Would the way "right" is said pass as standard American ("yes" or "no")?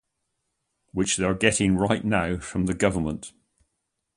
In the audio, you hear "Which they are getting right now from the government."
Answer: yes